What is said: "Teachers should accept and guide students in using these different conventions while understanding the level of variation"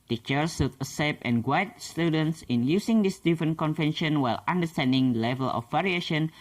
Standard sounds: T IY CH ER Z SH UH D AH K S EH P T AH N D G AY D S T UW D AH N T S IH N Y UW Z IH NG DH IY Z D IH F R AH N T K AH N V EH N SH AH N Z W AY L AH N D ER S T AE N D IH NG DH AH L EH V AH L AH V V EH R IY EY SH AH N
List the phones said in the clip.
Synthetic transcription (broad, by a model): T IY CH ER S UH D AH S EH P AH N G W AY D S T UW D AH N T S IH N Y UW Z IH NG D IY S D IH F R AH N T K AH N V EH N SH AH N W AY L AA N D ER S T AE N D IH NG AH L EH V AH L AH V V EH R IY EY SH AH N